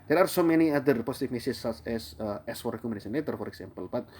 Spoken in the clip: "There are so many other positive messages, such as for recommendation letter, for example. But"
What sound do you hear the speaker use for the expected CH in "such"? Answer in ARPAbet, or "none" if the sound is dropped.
none